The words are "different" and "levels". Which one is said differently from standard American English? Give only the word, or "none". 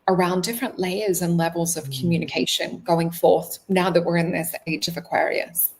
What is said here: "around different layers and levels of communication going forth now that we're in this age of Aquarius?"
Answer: none